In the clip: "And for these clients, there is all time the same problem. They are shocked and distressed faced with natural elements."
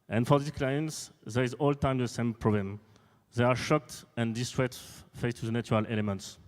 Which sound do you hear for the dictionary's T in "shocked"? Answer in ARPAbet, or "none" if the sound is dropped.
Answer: T